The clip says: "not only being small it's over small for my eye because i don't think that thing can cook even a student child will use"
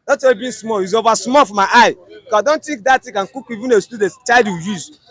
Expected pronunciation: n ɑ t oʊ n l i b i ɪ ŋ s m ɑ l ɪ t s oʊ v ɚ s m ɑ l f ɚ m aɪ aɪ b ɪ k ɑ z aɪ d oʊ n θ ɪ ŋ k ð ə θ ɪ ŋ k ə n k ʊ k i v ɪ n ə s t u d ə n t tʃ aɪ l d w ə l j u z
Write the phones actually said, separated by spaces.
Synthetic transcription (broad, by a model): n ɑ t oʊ l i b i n s m ɑ l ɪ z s oʊ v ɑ s m ɑ l f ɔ m aɪ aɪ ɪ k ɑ aɪ d oʊ n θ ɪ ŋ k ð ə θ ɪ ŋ k ə n k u k i v ɪ n ə s t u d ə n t tʃ aɪ l d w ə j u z